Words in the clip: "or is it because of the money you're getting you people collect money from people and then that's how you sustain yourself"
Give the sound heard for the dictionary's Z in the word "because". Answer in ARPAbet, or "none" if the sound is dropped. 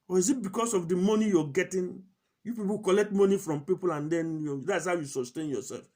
S